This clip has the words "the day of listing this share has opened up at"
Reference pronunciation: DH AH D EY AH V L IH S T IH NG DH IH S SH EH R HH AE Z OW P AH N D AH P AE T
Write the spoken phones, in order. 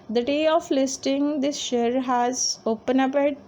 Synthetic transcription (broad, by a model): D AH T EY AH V L IH S T IH NG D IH S SH EH R HH AE Z OW P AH N AH P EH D